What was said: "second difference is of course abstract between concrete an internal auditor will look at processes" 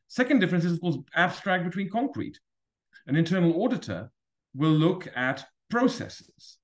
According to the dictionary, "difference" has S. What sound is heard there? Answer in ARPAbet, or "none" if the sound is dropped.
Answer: S